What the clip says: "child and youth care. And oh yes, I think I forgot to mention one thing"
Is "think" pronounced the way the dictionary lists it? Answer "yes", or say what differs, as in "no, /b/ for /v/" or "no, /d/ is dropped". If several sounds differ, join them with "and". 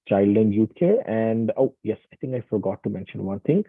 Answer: no, /t/ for /θ/